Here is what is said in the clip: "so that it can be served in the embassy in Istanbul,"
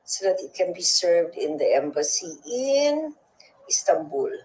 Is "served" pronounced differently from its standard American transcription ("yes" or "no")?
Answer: no